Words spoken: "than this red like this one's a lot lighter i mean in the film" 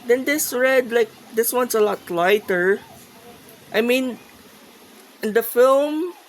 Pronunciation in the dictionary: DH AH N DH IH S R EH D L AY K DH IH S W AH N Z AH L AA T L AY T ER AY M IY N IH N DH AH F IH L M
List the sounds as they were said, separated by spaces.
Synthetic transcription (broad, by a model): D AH N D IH S R EH D L AY K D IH S W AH N S AH L AA T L AY T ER AY M IY N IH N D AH F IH L M